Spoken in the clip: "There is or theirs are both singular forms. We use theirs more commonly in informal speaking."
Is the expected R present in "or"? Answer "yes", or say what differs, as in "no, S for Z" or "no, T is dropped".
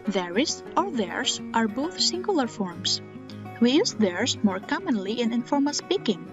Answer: no, L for R